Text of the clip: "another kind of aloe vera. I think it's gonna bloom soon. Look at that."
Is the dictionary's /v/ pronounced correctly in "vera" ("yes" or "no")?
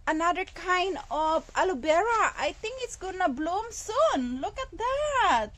no